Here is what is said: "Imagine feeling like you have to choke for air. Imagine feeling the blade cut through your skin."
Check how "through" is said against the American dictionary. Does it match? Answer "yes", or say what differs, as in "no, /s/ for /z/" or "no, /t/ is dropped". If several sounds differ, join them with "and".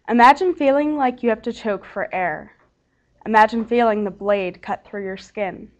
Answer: yes